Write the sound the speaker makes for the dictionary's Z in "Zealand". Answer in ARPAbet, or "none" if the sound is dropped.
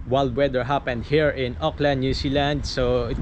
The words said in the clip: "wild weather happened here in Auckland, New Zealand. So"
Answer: S